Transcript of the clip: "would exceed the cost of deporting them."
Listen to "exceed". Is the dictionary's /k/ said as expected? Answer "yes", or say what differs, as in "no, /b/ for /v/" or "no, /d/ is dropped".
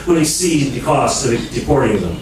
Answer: no, /k/ is dropped